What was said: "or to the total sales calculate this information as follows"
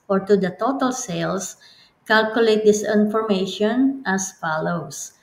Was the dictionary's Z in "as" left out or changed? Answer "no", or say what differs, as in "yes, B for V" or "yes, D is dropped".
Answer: yes, S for Z